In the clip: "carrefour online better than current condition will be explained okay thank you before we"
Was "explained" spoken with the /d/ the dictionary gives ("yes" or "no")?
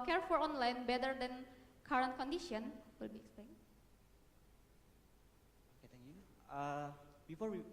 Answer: no